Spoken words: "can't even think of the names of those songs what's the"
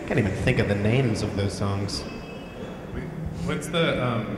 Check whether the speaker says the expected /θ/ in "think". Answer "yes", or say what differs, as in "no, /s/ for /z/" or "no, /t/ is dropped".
yes